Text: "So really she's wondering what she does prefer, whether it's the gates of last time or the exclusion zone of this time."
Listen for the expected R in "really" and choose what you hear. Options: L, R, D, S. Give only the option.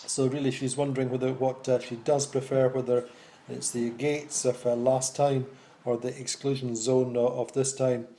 R